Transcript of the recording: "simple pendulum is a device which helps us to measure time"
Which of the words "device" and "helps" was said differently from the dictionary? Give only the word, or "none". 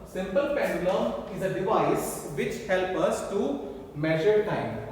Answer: helps